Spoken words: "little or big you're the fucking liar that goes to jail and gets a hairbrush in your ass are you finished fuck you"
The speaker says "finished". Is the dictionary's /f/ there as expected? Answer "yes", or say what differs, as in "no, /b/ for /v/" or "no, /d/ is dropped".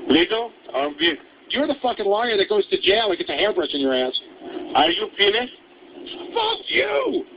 no, /p/ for /f/